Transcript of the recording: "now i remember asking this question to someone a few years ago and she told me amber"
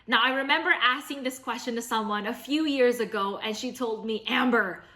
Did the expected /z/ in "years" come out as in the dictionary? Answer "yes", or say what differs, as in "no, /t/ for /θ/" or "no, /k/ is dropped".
yes